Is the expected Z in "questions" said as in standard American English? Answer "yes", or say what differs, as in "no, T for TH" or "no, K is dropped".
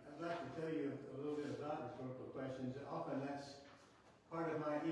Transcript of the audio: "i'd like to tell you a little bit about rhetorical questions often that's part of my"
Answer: yes